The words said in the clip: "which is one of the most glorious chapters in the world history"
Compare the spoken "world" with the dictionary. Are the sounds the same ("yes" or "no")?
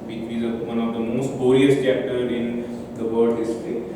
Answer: no